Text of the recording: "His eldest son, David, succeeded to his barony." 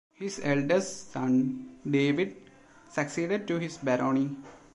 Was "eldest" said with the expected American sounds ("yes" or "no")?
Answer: no